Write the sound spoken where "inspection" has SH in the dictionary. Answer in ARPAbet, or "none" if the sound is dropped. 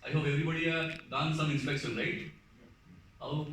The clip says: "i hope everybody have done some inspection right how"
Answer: S